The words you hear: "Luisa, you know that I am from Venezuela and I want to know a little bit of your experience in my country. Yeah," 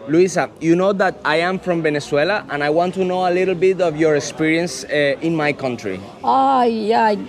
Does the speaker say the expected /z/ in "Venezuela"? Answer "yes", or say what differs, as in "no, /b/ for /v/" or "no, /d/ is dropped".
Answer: no, /s/ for /z/